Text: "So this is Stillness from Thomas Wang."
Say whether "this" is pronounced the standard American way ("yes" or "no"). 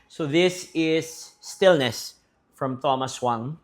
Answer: yes